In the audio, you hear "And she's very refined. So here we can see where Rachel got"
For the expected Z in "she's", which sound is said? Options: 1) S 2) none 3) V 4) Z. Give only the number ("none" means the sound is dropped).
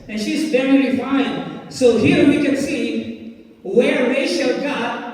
4